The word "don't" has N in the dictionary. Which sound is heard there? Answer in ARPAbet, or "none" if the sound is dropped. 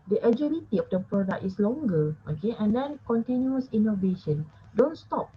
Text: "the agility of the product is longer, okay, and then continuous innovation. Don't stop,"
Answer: N